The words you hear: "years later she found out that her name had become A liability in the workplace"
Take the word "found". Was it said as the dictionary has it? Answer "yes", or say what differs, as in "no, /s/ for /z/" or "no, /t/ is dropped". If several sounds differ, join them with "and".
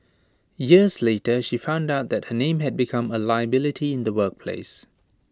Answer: yes